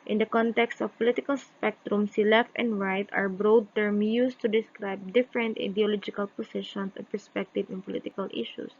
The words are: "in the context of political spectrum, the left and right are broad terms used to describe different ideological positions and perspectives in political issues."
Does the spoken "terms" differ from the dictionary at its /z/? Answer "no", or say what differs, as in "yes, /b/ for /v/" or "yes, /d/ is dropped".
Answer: yes, /z/ is dropped